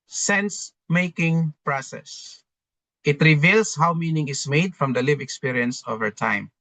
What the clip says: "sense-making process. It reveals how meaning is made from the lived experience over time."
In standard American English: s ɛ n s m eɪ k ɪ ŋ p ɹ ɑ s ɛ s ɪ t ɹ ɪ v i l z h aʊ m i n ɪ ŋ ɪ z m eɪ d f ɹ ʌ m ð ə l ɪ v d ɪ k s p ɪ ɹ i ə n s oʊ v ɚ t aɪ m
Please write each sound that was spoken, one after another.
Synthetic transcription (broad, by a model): s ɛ n s m eɪ k ɪ ŋ p ɹ ɑ s ɛ s ɪ t ɹ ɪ v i l s h aʊ m i n ɪ ŋ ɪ s m eɪ d f ɹ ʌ m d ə l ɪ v ɪ k s p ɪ ɹ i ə n s oʊ v ɚ t aɪ m